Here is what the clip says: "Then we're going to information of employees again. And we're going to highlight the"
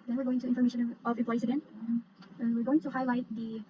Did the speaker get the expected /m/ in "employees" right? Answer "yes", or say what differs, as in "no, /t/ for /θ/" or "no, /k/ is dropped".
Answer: no, /m/ is dropped